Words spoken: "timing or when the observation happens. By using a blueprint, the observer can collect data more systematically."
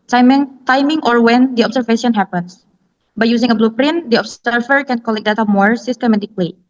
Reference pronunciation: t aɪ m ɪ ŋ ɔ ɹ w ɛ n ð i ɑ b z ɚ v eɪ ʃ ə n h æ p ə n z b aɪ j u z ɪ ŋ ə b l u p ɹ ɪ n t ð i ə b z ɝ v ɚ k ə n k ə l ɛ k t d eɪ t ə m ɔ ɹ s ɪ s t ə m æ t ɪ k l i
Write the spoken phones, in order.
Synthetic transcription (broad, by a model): t aɪ m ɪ ŋ ɔ ɹ w ɛ n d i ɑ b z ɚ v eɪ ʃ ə n h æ p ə n s b aɪ j u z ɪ ŋ ə b l u p ɹ ɪ n t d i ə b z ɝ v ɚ k ə n k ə l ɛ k d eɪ t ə m ɔ ɹ s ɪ s t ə m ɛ t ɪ k l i